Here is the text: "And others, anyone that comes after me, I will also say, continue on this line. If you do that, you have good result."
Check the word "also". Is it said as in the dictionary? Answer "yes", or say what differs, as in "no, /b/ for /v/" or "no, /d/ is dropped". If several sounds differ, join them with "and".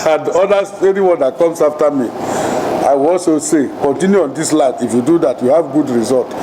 yes